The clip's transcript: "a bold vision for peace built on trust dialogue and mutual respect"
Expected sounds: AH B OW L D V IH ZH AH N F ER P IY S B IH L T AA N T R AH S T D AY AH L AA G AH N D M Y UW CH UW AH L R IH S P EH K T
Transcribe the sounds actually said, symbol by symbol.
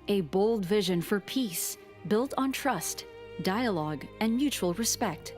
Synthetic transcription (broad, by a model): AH B OW L D V IH ZH AH N F ER P IY S B IH L T N T R AH S T D AY AH L AA G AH N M Y UW CH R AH L R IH S P EH K T